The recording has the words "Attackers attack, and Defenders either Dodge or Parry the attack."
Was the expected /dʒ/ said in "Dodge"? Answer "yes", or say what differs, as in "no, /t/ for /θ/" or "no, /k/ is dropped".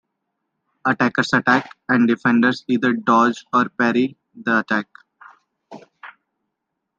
yes